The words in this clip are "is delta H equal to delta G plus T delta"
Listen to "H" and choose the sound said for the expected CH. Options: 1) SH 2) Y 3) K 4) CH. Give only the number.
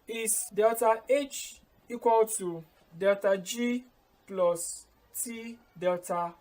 4